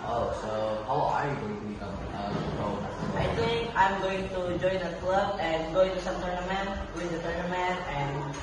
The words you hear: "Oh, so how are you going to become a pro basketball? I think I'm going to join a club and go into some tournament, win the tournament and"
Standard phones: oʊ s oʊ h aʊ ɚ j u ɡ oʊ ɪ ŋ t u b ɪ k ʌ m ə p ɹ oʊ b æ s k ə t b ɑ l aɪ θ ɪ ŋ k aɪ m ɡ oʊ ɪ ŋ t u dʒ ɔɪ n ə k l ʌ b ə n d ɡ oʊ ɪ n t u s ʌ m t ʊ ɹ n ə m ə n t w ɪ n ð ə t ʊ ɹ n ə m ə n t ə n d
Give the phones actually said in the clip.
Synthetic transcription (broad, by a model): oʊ s oʊ h aʊ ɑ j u ɡ oʊ ɪ ŋ t u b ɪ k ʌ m ə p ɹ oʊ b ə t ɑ aɪ t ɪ ŋ k aɪ m ɡ oʊ ɪ ŋ t u dʒ ɔɪ n ə k l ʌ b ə n ɡ oʊ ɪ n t u s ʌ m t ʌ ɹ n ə m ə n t w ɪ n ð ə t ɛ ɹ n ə m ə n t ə n